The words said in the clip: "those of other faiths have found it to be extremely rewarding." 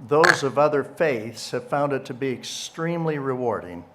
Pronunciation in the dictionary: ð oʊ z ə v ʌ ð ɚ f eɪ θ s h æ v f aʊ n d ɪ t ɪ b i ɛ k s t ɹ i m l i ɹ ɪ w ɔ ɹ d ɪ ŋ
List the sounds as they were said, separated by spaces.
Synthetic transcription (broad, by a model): ð oʊ z ə v ʌ ð ɚ f eɪ θ s h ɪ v f aʊ n d ɪ t ɪ b i ɛ k s t ɹ i m l i ɹ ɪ w ɔ ɹ d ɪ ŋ